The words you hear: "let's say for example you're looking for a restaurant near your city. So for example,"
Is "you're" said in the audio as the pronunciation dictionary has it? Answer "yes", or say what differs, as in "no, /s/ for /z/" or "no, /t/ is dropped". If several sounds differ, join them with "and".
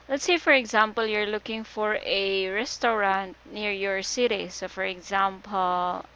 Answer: yes